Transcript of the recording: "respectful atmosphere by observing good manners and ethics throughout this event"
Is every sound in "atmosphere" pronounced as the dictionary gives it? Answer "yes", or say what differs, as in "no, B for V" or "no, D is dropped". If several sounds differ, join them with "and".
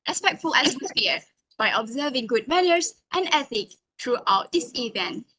no, S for T